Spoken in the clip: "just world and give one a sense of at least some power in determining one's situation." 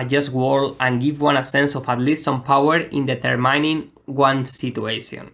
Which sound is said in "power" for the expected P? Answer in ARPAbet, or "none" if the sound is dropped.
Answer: P